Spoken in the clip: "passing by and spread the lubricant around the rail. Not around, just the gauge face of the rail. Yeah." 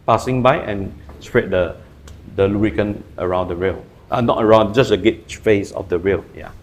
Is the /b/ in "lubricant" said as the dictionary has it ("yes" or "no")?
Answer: no